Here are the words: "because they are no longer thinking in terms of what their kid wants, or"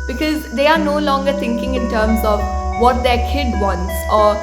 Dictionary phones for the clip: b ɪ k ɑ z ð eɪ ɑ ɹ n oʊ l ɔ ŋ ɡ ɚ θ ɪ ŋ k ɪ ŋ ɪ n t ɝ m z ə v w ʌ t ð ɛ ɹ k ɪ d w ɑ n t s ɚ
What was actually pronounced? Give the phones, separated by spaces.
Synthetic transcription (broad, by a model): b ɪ k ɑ z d eɪ ɑ ɹ n oʊ l ɔ ŋ ɡ ɚ t ɪ ŋ k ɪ ŋ ɪ n t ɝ m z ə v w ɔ t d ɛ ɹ k ɪ d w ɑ n t s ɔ